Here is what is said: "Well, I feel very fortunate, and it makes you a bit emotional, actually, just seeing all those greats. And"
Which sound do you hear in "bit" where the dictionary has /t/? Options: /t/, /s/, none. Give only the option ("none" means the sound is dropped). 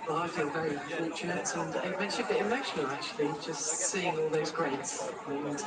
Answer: none